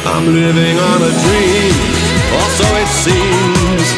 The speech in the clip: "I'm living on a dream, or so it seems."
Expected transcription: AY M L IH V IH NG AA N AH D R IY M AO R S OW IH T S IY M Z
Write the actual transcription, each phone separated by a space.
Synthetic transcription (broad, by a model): AY M L IH V IH NG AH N AH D R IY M AO L S OW IH T S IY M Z